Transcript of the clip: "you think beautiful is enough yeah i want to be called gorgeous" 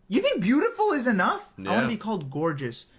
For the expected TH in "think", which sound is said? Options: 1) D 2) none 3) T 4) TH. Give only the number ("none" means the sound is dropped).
4